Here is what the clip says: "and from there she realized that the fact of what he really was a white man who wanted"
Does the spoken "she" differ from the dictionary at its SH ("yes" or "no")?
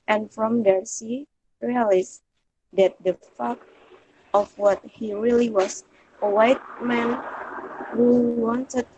yes